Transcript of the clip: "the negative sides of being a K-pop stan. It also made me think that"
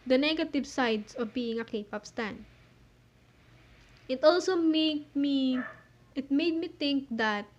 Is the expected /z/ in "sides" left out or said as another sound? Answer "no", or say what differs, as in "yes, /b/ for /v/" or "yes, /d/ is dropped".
yes, /s/ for /z/